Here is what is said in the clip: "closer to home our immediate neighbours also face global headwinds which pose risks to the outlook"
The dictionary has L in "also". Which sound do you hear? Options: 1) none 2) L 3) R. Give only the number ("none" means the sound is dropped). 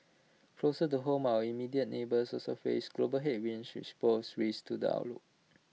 1